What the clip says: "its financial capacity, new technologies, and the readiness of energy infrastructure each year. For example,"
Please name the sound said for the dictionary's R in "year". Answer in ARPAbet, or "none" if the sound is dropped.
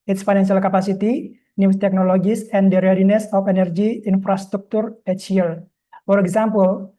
L